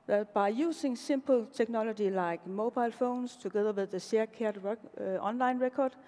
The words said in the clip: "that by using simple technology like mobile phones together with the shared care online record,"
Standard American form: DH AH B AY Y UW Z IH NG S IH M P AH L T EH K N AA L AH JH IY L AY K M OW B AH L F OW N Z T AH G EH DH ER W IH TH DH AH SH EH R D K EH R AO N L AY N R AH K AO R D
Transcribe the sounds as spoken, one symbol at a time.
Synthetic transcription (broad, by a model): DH B AY Y UW S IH NG S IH M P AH L S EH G N AA L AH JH IY L AY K M OW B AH L F OW N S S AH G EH DH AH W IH DH AH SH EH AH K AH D AO N L AY N R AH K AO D